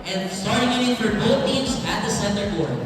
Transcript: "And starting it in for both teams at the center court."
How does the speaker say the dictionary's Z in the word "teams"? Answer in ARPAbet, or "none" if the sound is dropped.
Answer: Z